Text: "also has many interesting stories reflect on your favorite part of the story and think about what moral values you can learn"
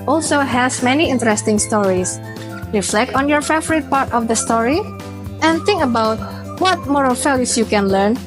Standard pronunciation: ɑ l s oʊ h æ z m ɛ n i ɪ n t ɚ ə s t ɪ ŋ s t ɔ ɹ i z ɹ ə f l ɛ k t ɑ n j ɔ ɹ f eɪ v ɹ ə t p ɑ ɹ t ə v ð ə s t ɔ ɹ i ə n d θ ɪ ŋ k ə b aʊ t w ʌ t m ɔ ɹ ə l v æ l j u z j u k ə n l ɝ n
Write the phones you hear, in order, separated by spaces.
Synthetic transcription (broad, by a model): ɑ l s oʊ h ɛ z m ɛ n i ɪ n t ɚ ə s t ɪ ŋ s t ɔ ɹ i s ɹ ə f l ɛ k t ɑ n j ɔ ɹ f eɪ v ɹ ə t p ɑ ɹ t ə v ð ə s t ɔ ɹ i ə n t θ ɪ ŋ k ə b aʊ t w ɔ t m ɔ ɹ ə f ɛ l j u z j u k ə n l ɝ n